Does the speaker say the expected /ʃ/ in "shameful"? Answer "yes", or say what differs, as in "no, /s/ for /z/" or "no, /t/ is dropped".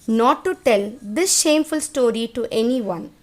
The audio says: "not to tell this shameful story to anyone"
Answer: yes